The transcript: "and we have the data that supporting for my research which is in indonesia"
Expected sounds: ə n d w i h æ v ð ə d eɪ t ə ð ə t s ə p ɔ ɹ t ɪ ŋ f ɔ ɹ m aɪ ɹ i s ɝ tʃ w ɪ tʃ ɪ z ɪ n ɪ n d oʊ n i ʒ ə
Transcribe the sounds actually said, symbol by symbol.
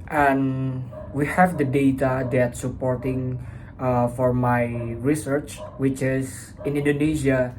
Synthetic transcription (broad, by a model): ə n w i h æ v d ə d eɪ t ə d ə t s ə p ɔ ɹ t ɪ ŋ f ɔ ɹ m aɪ ɹ i s ɝ tʃ w ɪ tʃ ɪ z ɪ n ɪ n d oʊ n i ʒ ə